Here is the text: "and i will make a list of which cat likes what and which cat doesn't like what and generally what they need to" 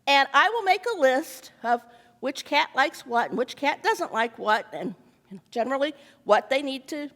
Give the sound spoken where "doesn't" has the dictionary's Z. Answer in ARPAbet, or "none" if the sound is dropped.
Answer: Z